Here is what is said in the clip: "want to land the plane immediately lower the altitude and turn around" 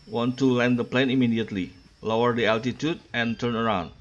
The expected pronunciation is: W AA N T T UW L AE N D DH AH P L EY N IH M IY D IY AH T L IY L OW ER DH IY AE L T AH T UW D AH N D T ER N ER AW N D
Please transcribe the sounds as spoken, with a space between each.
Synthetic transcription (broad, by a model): W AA N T T UW L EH N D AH P L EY N IH M IY D IY AH T L IY L OW ER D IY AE L T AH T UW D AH N T ER N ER AW N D